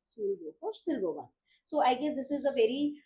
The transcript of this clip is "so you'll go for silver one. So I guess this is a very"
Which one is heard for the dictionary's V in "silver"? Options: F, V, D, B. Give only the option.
B